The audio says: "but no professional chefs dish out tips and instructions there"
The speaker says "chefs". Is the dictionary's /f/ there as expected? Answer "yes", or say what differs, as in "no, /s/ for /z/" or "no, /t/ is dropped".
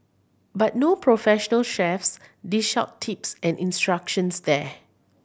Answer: yes